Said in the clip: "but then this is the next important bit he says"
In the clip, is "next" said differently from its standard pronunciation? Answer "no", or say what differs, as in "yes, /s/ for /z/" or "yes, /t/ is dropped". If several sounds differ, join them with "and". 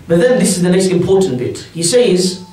yes, /k/ is dropped